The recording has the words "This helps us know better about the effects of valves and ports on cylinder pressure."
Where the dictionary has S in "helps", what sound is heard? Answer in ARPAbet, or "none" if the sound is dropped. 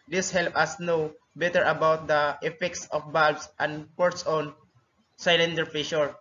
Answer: none